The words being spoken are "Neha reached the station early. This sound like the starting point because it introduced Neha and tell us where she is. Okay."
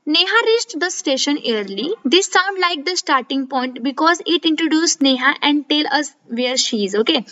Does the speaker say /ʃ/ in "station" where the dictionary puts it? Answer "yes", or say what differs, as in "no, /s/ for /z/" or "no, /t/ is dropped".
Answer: yes